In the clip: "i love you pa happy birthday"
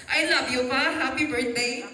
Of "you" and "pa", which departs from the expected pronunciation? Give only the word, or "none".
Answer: pa